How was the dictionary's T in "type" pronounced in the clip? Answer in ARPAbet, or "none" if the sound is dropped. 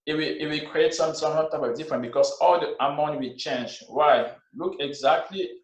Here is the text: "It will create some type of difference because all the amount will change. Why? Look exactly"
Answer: S